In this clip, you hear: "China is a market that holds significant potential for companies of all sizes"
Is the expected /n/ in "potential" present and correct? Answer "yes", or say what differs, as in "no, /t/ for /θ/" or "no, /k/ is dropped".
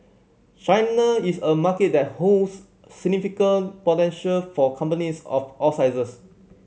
yes